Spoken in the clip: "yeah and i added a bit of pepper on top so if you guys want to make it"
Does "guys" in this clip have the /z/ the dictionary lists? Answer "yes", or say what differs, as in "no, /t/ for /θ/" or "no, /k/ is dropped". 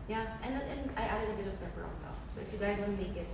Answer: yes